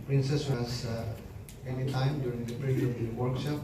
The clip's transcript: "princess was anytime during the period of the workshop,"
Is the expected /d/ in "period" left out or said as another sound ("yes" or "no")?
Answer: yes